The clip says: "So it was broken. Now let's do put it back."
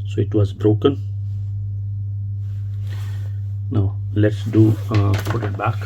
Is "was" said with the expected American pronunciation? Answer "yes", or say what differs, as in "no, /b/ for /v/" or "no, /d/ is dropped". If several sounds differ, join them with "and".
no, /s/ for /z/